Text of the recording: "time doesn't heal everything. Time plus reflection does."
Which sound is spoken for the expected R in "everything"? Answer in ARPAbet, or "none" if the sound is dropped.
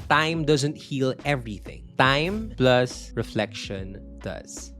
R